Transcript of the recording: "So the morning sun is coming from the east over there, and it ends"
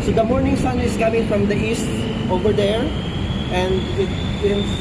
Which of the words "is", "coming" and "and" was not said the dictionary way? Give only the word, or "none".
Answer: is